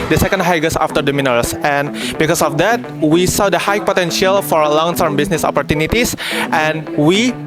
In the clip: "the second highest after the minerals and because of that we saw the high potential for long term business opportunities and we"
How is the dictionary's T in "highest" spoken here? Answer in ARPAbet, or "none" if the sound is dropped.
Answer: none